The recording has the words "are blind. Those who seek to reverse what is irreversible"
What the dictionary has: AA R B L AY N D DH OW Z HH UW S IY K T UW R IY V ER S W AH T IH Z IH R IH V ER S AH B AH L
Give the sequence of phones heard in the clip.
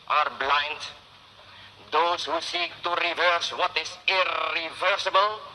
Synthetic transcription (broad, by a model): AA R B L AY N D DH OW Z HH UW S IY K T UW R IY V ER S W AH T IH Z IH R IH V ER S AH B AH L